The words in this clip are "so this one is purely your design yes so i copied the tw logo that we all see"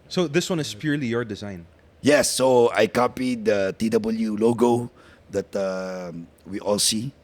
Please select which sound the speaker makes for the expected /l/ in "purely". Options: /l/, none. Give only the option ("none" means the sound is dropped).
/l/